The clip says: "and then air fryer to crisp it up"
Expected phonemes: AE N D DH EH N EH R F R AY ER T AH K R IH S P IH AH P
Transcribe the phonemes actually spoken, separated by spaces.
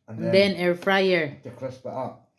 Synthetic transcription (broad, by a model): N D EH N EH R F R AY ER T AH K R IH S IH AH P